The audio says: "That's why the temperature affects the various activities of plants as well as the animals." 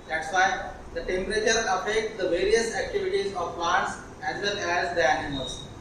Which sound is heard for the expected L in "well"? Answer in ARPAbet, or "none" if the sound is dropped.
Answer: N